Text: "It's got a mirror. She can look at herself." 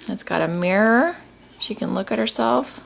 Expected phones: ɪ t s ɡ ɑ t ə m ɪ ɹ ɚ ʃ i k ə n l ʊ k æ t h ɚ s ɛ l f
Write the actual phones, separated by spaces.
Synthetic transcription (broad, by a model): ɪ t s ɡ ɑ t ə m ɪ ɹ ɚ ʃ i k ə n l ʊ k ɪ t h ɚ s ɛ l f